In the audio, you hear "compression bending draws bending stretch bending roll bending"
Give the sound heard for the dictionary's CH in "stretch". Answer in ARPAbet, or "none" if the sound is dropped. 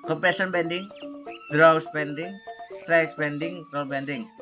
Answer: S